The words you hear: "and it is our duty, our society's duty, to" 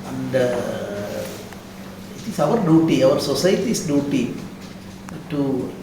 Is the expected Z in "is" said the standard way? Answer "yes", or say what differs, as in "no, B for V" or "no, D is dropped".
no, S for Z